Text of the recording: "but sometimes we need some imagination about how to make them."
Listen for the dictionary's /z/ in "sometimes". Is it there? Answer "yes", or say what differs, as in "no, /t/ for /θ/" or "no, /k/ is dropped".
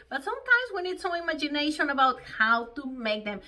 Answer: yes